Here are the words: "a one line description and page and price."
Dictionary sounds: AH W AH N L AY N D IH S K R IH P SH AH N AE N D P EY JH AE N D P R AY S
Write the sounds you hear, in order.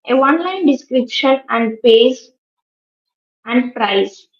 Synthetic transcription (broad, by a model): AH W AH N L AY N D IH S K R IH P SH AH N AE N D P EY Z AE N D P R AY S